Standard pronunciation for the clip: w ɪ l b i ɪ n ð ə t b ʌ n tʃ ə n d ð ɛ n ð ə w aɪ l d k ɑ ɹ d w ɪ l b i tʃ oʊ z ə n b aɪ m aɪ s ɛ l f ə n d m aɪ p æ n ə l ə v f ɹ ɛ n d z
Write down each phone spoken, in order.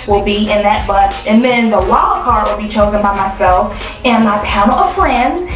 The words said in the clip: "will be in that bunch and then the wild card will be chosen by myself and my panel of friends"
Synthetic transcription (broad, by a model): w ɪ l b i ɪ n ð ə t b ʌ tʃ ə n ð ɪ n ð ə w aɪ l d k ɑ ɹ w ɪ l b i tʃ oʊ z ə n b aɪ m aɪ s ɛ l f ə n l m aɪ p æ ə n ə f ɹ ɛ n d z